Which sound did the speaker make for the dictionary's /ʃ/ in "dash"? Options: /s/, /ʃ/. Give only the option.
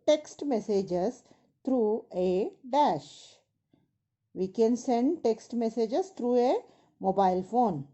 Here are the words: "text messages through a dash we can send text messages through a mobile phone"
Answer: /ʃ/